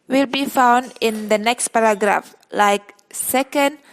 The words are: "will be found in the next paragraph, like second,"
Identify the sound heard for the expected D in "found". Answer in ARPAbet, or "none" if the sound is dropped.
D